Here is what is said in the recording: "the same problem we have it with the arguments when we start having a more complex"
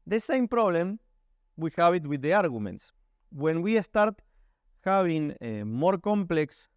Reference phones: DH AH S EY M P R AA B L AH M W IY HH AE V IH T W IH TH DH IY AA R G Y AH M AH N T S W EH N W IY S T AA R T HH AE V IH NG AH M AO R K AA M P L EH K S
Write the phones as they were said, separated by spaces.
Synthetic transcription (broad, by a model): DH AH S EY M P R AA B L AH M W IY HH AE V IH T W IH DH IY AA R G Y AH M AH N T S W EH N W IY S T AA R T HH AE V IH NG AH M AO R K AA M P L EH K S